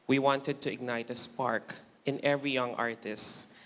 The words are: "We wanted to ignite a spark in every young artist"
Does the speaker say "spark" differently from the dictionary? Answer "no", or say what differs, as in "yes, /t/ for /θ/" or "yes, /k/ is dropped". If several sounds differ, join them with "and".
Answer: no